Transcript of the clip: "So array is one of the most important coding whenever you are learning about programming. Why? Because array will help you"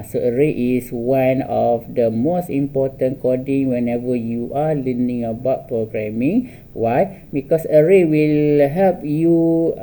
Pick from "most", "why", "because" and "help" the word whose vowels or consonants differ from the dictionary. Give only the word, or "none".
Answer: because